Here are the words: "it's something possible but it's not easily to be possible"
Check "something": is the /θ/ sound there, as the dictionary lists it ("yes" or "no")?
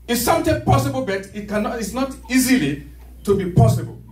no